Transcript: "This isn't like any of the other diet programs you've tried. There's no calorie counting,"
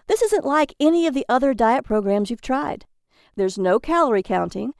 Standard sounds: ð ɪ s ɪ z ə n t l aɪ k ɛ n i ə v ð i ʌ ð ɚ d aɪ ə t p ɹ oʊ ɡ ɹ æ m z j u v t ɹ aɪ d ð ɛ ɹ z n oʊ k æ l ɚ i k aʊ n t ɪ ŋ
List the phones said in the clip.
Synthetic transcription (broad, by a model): ð ɪ s ɪ z ə n t l aɪ k ɛ n i ə v ð i ʌ ð ɚ d aɪ ə t p ɹ oʊ ɡ ɹ æ m z j u v t ɹ aɪ d ð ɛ ɹ z n oʊ k æ l ɚ i k aʊ n t ɪ ŋ